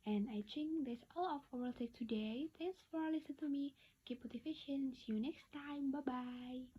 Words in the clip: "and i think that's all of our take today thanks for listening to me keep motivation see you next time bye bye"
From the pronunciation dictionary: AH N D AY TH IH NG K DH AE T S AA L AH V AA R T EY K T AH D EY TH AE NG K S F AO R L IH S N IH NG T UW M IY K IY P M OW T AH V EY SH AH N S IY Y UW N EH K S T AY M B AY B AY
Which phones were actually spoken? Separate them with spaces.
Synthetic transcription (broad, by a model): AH N AY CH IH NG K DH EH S AA L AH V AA L T EY K T AH D EY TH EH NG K S F AO R L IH S IH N T UW M IY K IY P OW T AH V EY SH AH N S Y UW N EH K S T AY M B AY B AY